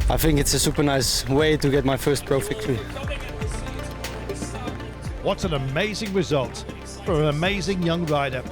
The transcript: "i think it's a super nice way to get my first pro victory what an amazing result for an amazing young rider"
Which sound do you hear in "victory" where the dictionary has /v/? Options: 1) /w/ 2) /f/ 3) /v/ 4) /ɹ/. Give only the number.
2